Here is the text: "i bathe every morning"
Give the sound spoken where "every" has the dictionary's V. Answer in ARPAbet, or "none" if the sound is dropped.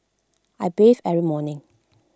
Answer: none